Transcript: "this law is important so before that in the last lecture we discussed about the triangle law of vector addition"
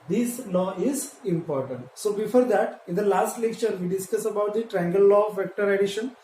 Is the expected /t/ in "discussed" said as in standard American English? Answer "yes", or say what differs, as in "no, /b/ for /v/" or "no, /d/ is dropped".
no, /t/ is dropped